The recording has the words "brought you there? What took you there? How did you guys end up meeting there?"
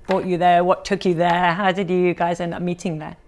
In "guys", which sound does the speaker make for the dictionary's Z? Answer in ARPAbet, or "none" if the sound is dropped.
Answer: Z